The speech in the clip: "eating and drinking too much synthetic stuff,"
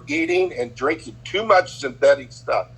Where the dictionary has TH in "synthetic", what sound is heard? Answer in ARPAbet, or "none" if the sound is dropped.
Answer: TH